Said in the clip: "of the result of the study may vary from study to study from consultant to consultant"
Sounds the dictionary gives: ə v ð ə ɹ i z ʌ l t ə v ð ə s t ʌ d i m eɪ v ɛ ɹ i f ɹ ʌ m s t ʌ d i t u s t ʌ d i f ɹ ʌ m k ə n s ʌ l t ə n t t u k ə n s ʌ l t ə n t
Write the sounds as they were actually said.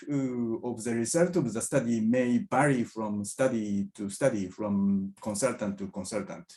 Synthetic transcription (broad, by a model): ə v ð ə ɹ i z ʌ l t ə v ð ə s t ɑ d i m eɪ b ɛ ɹ i f ɹ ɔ m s t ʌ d i t u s t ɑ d i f ɹ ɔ m k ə n s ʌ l t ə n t t u k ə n s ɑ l t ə n t